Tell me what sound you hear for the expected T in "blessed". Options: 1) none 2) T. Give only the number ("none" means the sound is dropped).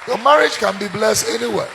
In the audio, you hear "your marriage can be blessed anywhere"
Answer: 2